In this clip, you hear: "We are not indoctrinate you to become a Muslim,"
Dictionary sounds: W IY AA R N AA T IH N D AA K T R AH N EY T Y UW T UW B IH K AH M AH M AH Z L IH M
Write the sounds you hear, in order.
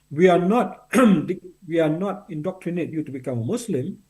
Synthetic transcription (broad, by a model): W IY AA W N AA T IH N D AA K T R AH N EY T Y UW T UW B IH K AH M AH M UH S L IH M